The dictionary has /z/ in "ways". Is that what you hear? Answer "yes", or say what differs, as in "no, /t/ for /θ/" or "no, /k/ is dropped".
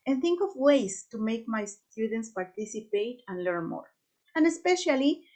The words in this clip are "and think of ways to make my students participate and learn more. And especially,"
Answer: no, /s/ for /z/